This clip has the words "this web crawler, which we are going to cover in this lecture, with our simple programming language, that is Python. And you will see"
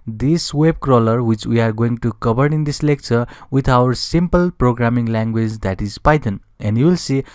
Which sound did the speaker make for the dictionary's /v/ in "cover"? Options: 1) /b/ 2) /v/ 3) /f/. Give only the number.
1